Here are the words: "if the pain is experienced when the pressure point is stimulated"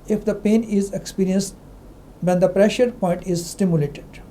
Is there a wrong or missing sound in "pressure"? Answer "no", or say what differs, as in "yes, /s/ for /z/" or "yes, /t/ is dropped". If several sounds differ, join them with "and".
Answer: no